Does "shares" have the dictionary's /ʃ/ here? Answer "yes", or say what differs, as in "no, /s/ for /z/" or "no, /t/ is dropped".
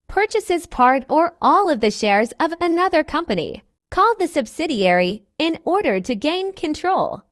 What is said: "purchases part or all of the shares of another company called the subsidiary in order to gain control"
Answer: yes